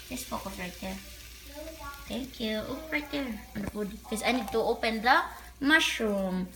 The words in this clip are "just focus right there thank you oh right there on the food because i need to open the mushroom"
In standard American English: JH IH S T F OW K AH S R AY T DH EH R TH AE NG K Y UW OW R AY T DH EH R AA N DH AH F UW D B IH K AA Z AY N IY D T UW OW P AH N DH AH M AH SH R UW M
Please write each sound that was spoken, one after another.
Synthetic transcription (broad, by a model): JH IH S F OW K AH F R AY T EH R T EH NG K Y UW OW R AY T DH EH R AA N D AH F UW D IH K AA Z AY N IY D T UW OW P AH N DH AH M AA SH R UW M